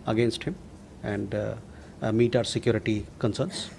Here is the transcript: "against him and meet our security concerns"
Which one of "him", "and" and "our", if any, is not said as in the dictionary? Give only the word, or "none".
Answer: none